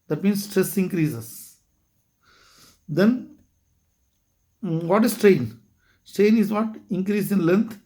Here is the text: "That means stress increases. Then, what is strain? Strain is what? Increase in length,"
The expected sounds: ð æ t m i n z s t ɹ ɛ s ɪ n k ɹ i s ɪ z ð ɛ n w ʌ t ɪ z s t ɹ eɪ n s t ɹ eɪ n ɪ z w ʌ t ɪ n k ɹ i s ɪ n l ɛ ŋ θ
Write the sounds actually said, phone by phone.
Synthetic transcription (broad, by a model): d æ t m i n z s t ɹ ɛ s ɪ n k ɹ i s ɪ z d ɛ n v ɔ t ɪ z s t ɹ eɪ n s t ɹ eɪ n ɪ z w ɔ t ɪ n k ɹ i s ɪ n l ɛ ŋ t